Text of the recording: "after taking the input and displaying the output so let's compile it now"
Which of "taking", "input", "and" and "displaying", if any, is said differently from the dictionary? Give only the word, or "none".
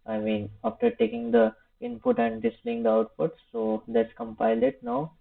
displaying